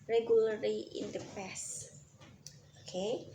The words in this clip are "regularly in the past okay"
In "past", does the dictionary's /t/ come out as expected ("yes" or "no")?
no